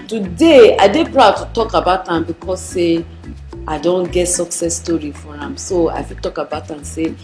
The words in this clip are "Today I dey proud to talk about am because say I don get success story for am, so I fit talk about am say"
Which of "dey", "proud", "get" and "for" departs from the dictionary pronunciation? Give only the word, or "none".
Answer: none